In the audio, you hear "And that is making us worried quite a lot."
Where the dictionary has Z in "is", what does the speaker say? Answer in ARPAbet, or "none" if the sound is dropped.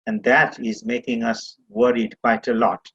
Z